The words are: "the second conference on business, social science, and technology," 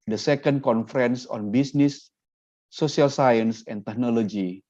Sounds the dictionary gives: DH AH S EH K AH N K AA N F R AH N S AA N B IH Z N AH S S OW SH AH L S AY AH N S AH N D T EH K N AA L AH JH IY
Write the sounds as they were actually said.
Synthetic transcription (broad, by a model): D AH S EH K AH N K AA N F R AH N S AA N B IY S N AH S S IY AH L S AY AH N S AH N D T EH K N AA L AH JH IY